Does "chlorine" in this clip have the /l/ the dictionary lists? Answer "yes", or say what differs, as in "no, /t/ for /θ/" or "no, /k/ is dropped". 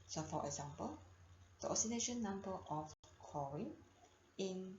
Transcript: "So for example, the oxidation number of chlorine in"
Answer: no, /l/ is dropped